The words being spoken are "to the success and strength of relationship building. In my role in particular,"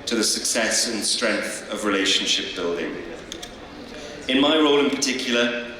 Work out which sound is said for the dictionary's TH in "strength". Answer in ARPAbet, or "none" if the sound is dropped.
TH